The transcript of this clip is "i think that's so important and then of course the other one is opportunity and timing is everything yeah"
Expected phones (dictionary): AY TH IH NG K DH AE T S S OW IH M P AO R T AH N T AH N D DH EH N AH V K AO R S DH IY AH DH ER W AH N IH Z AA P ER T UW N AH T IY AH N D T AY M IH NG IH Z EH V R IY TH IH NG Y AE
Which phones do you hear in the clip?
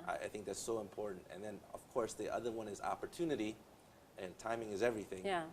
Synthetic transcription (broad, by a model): AY TH IH NG K DH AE T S S OW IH M P AO R T N T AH N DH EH N AH V K AO R S DH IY AH DH ER W AH N IH Z AA P ER T UW N AH T IY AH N T AY M IH NG IH Z EH V R IY TH IH NG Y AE